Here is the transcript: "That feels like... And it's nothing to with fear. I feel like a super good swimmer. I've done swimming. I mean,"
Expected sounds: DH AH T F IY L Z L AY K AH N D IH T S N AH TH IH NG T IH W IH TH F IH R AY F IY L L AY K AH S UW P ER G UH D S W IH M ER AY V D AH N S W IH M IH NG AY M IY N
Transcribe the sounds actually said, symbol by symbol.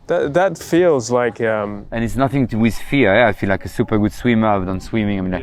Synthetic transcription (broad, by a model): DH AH T F IY L Z L AY K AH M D IH T S N AH TH IH NG T IH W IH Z F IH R AY F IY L L AY K AH S UW P ER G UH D S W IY M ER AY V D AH N S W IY M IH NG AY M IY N